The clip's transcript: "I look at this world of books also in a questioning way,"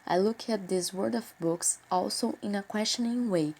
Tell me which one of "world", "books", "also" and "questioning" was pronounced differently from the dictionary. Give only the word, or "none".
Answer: world